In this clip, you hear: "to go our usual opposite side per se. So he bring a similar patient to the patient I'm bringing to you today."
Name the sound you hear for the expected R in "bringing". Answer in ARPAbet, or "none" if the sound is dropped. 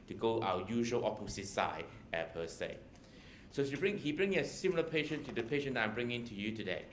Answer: R